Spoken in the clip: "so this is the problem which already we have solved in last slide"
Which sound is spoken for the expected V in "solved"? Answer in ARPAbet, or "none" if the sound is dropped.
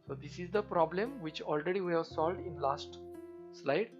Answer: V